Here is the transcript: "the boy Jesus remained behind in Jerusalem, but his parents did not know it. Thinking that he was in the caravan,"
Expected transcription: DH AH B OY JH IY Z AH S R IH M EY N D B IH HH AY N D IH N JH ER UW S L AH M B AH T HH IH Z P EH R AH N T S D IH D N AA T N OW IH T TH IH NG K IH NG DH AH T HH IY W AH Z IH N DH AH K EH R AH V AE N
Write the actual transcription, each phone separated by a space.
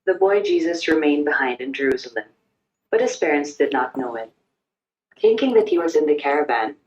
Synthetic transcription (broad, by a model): DH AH B OY JH IY Z AH S R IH M EY N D B IH HH AY N D IH N JH ER UW S L AH M B AH T HH IH Z P EH R AH N T S D IH D N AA T N OW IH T TH IH NG K IH NG DH AH T HH IY W AH Z IH N DH AH K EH R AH V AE N